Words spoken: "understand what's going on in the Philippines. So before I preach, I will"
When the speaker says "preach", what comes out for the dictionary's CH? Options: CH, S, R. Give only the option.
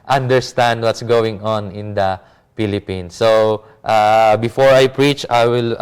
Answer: CH